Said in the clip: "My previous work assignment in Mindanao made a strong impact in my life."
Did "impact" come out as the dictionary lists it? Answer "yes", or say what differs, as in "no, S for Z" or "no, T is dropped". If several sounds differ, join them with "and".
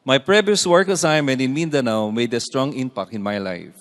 no, T is dropped